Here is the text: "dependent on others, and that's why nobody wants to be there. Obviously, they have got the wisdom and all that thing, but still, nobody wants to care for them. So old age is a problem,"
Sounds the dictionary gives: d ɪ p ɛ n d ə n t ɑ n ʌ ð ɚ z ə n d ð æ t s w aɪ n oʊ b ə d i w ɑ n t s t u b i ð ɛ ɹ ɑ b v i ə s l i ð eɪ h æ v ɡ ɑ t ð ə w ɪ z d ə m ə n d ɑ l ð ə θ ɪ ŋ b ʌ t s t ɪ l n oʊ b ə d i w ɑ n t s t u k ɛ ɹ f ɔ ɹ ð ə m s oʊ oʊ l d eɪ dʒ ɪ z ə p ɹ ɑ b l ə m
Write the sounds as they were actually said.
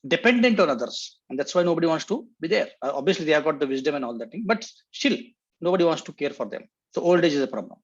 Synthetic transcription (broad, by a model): d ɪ p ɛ n d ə n t ɑ n ʌ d ɚ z ə n d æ t s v aɪ n oʊ b ə d i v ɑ n t s t u b i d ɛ ɹ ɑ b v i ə s l i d eɪ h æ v ɡ ɑ t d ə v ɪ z d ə m ə n d ɑ l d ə t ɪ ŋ b ʌ t s t ɪ l n oʊ b ə d i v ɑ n t s t u k ɛ ɹ f ɔ ɹ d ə m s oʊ oʊ l d eɪ dʒ ɪ z ə p ɹ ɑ b l ə m